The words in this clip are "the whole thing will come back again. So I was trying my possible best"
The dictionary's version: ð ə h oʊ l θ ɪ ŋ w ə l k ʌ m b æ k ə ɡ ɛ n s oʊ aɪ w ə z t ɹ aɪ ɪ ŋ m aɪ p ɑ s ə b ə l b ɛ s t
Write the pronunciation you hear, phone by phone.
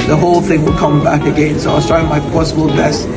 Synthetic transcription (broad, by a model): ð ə h oʊ l θ ɪ ŋ w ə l k ʌ m b æ k ə ɡ ɛ n s oʊ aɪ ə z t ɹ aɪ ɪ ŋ m aɪ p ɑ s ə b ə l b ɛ s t